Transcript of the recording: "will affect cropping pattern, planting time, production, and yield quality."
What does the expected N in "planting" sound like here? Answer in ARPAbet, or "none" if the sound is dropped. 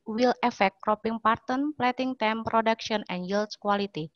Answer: none